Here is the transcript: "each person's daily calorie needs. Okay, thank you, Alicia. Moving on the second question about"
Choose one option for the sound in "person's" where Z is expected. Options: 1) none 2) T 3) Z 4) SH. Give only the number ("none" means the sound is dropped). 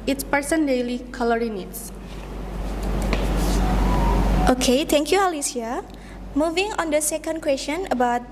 1